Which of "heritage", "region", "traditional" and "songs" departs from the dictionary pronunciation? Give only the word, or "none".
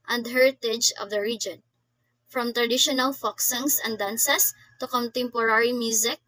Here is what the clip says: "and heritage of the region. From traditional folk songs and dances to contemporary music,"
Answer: songs